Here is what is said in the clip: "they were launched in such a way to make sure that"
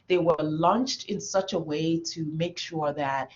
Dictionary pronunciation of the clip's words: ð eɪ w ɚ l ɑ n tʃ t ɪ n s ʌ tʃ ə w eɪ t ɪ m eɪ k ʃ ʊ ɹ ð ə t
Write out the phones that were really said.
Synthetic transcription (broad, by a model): ð eɪ w ɚ l ɑ n tʃ t ɪ n s ʌ tʃ ə w eɪ t ɪ m eɪ k ʃ ʊ ɹ ð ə t